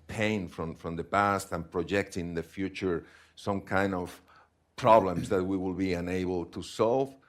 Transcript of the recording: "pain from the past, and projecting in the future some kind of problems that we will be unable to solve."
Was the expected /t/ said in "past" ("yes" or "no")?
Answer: yes